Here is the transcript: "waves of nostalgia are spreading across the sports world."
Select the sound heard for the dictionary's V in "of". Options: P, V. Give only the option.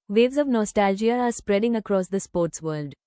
V